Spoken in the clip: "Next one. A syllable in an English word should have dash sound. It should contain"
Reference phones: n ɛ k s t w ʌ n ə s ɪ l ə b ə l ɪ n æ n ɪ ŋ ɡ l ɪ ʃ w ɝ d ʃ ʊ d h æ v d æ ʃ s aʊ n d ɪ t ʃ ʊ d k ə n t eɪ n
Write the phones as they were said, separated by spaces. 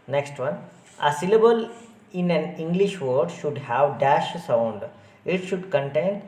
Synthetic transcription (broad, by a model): n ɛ k s t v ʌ n ə s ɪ l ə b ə l ɪ n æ n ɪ ŋ ɡ l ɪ ʃ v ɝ d ʃ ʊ d h æ v d æ ʃ s aʊ n d ɪ t ʃ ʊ d k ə n t eɪ n